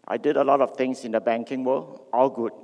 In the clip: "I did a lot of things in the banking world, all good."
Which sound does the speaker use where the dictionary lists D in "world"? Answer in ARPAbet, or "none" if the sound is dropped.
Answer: none